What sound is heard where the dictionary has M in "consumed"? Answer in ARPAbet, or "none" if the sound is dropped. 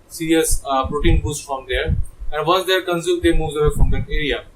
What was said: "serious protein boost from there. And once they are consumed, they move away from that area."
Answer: none